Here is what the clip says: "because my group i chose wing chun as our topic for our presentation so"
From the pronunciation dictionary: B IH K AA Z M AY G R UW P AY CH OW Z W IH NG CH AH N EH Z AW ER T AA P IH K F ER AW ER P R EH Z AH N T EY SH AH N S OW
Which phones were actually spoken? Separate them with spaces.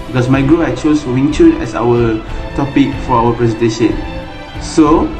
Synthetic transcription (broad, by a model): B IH K AA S M AY G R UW AY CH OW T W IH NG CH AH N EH S AW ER T AA P IH K F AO AW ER P R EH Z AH N T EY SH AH N S OW